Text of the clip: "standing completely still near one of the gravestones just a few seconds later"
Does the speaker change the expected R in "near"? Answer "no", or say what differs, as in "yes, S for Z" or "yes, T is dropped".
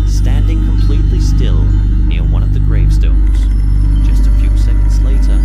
no